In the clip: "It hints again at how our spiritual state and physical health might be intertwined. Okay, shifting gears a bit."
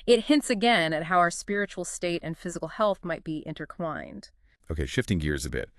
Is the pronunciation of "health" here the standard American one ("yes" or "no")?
yes